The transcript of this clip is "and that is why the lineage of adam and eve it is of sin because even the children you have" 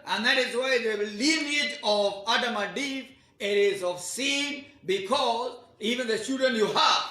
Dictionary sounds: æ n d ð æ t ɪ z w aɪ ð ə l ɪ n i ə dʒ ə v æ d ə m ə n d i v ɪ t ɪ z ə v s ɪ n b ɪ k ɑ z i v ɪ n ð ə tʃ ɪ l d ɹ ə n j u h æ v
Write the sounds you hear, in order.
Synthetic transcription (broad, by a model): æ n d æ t ɪ z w aɪ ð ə l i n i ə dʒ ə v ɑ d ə m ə d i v ɪ t ɪ z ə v s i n b ɪ k ɑ z i v ɪ n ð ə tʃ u d ə n j u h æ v